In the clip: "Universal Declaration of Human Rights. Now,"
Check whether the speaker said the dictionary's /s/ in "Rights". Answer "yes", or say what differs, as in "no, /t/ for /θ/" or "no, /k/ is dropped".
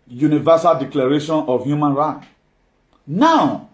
no, /s/ is dropped